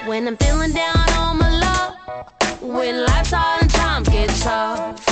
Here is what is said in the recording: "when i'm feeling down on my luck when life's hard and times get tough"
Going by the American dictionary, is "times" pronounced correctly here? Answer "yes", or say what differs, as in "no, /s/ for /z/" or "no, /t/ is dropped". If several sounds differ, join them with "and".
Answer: no, /z/ is dropped